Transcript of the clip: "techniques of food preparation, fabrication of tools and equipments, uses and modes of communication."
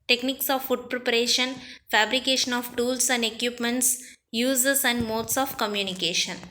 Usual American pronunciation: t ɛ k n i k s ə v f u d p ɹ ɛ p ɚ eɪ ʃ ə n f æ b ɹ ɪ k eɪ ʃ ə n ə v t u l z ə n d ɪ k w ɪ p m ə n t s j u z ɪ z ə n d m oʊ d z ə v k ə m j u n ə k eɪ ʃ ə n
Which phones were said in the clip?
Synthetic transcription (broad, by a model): t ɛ k n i k s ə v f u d p ɹ ɛ p ɚ eɪ ʃ ə n f æ b ɹ ɪ k eɪ ʃ ə n ə v t u l s ə n d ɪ k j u p m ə n t s j u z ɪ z ə n d m oʊ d s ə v k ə m j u n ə k eɪ ʃ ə n